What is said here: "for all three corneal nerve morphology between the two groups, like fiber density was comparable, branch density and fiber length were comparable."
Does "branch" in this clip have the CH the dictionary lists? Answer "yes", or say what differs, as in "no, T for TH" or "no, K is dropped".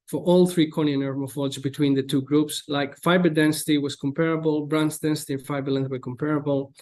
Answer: no, S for CH